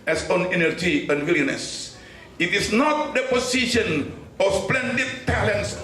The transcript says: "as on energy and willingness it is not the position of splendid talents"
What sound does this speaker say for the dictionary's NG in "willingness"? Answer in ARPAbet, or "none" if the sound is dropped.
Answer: none